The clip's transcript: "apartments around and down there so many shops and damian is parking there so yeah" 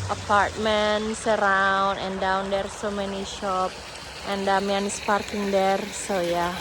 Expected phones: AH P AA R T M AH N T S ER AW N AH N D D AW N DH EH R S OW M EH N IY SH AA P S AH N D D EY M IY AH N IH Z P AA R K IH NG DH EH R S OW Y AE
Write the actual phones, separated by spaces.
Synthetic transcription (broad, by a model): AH P AA R T M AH N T S ER AW N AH N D D AW N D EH R S OW M EH N IY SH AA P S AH N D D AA M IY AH N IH S P AA R K IH NG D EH R S OW Y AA